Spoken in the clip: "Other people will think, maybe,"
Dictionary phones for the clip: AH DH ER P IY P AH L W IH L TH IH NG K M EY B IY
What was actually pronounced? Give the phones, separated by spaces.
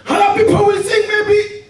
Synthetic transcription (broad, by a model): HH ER P IY P AH L W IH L S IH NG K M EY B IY